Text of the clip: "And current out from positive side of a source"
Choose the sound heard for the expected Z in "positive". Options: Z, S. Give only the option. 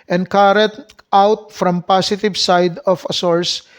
S